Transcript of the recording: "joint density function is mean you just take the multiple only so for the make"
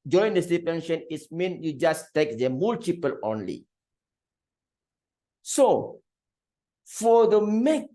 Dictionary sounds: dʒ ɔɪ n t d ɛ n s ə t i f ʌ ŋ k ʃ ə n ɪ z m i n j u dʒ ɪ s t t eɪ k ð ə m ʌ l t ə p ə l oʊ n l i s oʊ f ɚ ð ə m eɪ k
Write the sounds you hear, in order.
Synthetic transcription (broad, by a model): dʒ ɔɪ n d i s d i p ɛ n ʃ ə n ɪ s m i n j u dʒ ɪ s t t eɪ k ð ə m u l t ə p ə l oʊ n l i s oʊ f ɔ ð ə m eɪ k